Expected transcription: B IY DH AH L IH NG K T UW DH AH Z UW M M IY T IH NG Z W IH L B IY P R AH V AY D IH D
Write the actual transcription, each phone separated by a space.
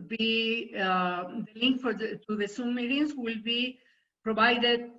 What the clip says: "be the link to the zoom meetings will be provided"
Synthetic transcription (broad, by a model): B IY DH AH L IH NG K T UW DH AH S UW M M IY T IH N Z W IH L B IY P R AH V AY D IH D